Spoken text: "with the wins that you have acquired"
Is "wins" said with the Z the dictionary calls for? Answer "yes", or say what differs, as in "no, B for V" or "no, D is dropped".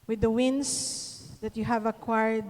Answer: no, S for Z